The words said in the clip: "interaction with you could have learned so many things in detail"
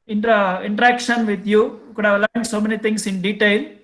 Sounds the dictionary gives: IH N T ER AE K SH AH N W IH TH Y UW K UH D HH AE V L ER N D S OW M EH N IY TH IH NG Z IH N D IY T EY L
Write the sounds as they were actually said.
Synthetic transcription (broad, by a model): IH N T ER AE K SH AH N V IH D Y UW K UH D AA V L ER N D S OW M EH N IY T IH NG S IH N D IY T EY L